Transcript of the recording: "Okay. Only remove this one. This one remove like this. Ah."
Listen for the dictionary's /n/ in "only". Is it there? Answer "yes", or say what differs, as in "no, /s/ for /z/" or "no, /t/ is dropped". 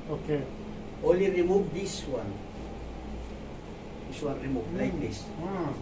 no, /n/ is dropped